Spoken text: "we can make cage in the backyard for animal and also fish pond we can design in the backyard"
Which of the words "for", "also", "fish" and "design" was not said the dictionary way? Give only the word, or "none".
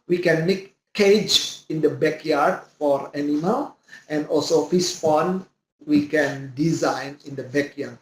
fish